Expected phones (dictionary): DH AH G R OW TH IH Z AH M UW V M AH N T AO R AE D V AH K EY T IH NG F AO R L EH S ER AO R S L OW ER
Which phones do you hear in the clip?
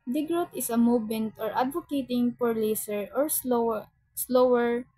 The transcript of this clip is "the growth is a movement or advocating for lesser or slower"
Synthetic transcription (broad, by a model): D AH G R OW T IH S AH M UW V M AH N T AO R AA D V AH K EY T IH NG P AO R L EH S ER AO R S L OW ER